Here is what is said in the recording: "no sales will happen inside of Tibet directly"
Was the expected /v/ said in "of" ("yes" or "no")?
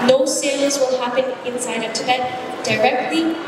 no